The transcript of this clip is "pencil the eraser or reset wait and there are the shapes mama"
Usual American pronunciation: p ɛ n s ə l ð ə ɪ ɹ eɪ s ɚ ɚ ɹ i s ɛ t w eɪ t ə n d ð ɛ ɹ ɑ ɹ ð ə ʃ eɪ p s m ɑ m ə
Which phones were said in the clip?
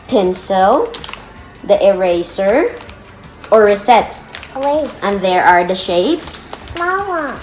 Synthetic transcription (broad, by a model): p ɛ n s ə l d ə ɪ ɹ eɪ s ɚ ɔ ɹ i s ɛ t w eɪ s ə n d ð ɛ ɹ ɑ ɹ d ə ʃ eɪ p s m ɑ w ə